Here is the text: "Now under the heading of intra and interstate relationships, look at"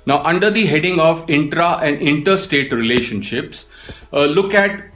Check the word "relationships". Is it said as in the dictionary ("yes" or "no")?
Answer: yes